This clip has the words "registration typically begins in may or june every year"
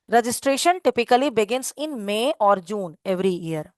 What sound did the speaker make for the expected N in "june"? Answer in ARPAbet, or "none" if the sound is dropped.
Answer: N